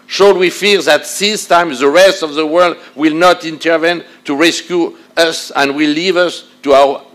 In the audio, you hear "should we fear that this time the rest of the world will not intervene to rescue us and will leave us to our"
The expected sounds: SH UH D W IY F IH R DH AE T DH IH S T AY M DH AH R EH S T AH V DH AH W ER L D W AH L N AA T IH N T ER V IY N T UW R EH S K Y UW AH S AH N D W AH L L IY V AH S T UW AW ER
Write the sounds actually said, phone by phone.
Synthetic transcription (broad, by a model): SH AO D W IY F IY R DH AE T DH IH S T AY M DH AH R EH S T AH V DH AH W ER L D W AH L N AA T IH N T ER V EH N T UW R EH S K Y UW AH S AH N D W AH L L IY V AH S T UW AW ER